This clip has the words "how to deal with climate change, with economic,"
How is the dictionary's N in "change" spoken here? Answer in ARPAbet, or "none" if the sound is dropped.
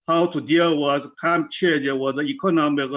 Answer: none